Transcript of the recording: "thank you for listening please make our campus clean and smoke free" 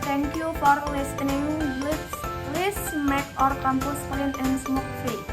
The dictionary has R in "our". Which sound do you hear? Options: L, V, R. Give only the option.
R